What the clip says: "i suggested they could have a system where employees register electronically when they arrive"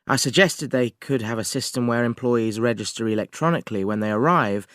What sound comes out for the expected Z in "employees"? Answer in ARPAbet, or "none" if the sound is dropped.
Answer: Z